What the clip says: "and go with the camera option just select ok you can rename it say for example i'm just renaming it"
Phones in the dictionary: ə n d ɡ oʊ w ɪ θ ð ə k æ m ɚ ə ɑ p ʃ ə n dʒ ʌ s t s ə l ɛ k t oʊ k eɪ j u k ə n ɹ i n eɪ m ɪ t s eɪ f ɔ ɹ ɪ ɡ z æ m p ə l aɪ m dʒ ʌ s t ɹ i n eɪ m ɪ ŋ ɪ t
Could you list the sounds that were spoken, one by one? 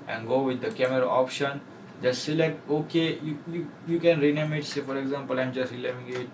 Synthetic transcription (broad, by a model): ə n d ɡ oʊ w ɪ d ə k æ m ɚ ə ɑ p ʃ ə n dʒ ʌ s t s ə l ɛ k t oʊ k eɪ j u k ə n ɹ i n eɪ m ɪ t s eɪ f ɔ ɹ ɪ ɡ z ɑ m p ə l aɪ m dʒ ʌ s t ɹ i l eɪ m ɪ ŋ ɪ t